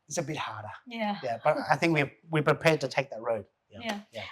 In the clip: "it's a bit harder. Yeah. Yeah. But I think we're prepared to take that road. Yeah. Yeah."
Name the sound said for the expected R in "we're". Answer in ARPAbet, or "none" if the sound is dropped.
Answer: W